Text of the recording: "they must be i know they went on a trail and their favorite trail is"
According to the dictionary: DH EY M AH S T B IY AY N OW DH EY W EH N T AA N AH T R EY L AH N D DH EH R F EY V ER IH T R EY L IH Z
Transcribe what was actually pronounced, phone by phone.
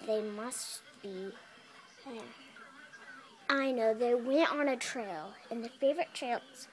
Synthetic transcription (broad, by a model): DH EY M AH S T B IY AY N OW DH EY W EH N T N AH T R EY L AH N DH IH F EY V ER IH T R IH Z